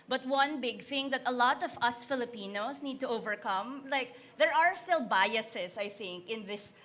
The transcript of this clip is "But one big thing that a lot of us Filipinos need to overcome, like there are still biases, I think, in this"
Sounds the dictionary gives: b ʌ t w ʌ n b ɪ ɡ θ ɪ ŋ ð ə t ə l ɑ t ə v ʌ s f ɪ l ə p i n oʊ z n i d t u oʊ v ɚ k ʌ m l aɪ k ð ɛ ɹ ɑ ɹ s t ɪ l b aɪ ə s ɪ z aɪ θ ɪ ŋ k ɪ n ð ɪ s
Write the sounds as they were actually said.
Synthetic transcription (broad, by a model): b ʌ t w ʌ n b ɪ ɡ θ ɪ ŋ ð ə t ə l ɑ t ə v ʌ s f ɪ l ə p i n oʊ s n i d t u oʊ v ɚ k ʌ m l aɪ k ð ɛ ɹ ɑ ɹ s t ɪ l b aɪ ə s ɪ s aɪ θ ɪ ŋ k ɪ n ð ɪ s